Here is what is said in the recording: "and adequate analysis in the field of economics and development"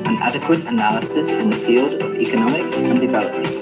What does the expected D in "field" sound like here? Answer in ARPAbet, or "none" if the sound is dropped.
D